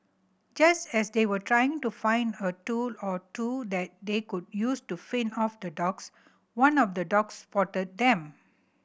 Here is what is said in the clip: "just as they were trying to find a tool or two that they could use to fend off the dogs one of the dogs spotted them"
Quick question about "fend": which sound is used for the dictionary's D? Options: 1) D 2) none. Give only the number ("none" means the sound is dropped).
2